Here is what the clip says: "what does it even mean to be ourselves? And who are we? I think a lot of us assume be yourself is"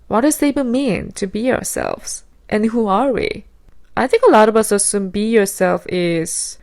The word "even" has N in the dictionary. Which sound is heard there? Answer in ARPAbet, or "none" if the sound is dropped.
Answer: L